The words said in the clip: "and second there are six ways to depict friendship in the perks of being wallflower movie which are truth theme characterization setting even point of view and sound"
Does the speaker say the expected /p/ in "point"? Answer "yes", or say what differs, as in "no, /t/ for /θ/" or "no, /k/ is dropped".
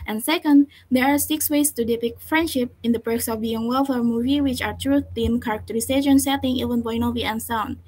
no, /b/ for /p/